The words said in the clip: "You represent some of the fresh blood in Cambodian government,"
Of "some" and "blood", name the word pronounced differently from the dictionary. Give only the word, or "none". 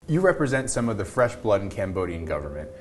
none